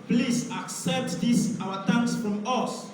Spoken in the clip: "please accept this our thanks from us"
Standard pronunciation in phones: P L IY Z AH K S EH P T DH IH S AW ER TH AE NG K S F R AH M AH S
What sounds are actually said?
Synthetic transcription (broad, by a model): P L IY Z AH K S EH P T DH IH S AW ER T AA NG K S F R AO M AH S